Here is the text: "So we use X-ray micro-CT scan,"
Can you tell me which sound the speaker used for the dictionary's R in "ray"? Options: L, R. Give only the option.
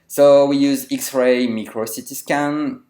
R